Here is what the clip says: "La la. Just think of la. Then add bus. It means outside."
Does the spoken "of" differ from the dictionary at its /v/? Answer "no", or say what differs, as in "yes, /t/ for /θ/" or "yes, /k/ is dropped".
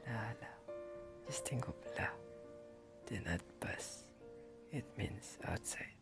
yes, /b/ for /v/